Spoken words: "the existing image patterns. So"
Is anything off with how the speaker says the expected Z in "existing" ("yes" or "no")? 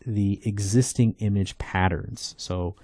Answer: no